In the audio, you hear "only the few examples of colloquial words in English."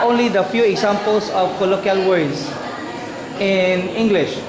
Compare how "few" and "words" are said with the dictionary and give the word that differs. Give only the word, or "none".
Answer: words